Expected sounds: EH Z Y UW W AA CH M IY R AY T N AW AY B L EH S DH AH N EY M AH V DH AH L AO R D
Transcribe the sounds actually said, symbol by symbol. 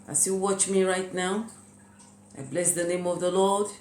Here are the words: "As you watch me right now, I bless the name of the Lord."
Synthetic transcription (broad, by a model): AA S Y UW W AA CH M IY R AY T N AW AY B L EH S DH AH N EY M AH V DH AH L AO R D